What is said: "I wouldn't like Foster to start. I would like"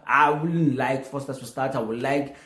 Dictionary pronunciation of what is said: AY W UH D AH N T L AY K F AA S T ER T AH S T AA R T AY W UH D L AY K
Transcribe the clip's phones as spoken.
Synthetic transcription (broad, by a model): AY W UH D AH N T L AY K F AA S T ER S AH S T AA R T AY W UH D L AY K